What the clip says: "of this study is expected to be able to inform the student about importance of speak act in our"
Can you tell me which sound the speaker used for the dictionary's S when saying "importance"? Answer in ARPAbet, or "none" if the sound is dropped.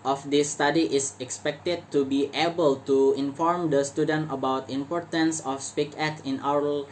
S